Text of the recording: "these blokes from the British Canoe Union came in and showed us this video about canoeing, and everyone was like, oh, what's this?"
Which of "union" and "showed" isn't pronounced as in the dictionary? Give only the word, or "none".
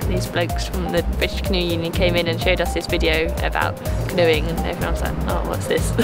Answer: none